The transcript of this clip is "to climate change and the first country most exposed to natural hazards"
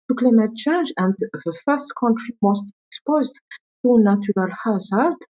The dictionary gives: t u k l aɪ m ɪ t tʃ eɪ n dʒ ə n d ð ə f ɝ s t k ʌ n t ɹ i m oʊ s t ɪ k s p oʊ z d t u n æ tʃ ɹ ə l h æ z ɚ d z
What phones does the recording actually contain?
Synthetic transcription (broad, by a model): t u k l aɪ m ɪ t tʃ eɪ n dʒ ə n d ð ə f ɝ s t k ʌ n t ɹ i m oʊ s t ɪ k s p oʊ z d t u n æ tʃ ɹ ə l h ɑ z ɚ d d